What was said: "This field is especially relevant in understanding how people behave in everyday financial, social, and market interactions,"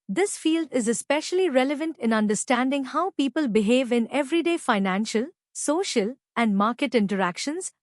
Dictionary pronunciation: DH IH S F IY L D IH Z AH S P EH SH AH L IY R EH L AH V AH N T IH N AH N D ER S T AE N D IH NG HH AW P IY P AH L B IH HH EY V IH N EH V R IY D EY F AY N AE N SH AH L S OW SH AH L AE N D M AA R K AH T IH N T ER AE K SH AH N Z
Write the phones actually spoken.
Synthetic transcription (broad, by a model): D IH S F IY L D IH Z AH S P EH SH AH L IY R EH L AH V AH N T IH N AH N D ER S T AE N D IH NG HH AW P IY P AH L B IH HH EY V IH N EH V R IY D EY F AY N AE N SH AH L S OW SH AH L AE N D M AA R K AH T IH N T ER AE K SH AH N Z